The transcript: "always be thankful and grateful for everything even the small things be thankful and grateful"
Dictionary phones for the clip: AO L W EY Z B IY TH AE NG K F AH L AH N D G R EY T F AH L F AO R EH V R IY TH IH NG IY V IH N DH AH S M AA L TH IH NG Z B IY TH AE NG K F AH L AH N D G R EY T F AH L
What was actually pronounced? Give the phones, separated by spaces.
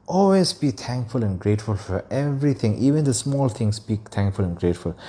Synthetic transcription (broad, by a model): AO L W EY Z B IY T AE NG K F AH L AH N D G R EY T F AH L F AO R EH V R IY T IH NG IY V IH N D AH S M AA L T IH NG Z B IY T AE NG K F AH L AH N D G R EY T F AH L